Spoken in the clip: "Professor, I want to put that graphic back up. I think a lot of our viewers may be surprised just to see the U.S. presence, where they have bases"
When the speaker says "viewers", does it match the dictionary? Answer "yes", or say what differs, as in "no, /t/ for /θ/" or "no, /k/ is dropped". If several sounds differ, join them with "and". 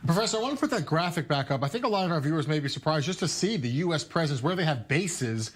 yes